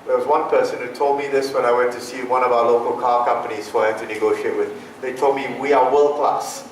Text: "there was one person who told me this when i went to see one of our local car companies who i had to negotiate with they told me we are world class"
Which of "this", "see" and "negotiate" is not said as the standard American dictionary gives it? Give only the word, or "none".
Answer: none